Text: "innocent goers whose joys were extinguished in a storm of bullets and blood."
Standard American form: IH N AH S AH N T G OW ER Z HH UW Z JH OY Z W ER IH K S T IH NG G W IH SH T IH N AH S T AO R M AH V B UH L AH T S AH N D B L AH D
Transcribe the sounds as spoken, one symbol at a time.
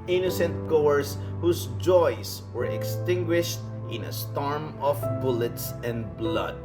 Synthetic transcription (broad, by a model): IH N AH S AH N T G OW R S HH UW S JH OY S W ER IH K S T IH NG G W IH SH T IH N AH S T AO R M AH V B UH L AH T S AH N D B L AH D